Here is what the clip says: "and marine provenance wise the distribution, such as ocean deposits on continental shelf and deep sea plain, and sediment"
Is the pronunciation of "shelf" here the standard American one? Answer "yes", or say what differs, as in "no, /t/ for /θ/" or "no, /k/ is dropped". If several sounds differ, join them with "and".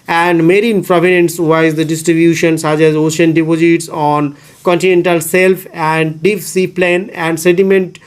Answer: no, /s/ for /ʃ/